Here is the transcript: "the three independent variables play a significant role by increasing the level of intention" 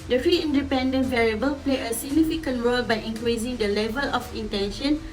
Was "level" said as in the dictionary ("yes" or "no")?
yes